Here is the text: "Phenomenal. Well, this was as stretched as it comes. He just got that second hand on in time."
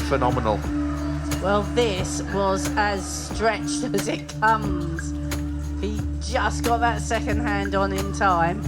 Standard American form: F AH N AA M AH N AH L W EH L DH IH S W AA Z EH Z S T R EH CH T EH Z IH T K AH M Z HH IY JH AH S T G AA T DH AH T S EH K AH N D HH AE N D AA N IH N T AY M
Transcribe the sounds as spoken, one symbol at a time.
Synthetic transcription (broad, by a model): F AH N AA M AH N AH L W EH L DH IH S W AA Z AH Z S T R EH CH T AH Z IH T K AH M Z HH IY JH AH S G AA T DH AH T S EH K AH N D HH AE N D N IH N T AY M